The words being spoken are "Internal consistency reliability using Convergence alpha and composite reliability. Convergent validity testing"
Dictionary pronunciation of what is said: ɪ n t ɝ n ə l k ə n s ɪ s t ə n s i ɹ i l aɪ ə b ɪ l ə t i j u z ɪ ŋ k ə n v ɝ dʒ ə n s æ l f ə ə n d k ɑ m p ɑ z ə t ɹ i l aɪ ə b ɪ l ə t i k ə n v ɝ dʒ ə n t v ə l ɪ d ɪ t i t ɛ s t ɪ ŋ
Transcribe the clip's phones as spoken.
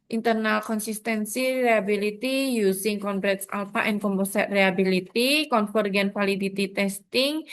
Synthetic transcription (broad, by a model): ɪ n t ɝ n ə l k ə n s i s t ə n s i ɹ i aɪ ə b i l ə t i j u s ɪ ŋ k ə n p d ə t s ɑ l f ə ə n k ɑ m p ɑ s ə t ɹ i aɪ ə b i l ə t i k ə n f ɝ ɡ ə n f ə l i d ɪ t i t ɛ s t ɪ ŋ